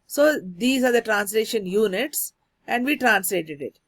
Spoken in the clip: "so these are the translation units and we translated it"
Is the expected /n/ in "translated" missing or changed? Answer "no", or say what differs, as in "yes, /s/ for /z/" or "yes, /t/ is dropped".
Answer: no